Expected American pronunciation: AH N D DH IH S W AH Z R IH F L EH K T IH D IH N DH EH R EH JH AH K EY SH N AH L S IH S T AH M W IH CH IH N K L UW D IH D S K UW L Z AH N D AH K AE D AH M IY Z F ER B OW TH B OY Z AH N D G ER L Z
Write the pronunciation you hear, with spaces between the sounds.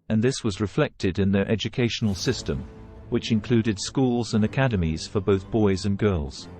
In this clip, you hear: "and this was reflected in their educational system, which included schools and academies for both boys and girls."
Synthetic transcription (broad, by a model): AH N DH IH S W AH Z R IH F L EH K T IH D IH N DH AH R EH JH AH K EY SH N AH L S IH S T AH M W IH CH IH N K L UW D IH D S K UW L Z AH N AH K AE D AH M IY Z F ER B OW TH B OY Z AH N G ER L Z